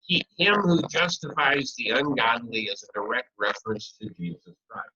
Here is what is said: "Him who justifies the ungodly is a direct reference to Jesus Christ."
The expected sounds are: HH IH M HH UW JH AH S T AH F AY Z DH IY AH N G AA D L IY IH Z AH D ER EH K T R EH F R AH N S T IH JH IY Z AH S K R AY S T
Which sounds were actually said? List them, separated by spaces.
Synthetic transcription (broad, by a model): HH IH M HH UW JH AH S T AH F AY Z DH IY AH N G AA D N IY IH Z AH D ER EH K T R EH F R AH N S T IH JH IY Z AH S K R AY S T